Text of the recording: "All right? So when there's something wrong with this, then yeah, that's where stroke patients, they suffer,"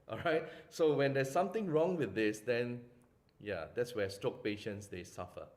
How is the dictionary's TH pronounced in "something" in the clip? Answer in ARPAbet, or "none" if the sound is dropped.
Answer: T